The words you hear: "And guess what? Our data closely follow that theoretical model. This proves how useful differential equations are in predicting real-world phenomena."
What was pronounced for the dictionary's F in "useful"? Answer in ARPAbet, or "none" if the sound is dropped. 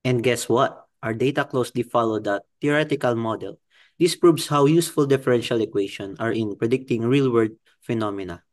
F